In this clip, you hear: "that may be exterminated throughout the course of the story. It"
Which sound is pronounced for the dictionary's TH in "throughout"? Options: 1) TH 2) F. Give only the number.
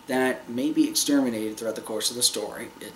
1